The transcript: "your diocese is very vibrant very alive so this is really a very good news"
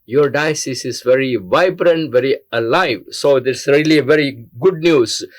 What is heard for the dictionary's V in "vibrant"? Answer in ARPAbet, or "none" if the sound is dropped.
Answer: V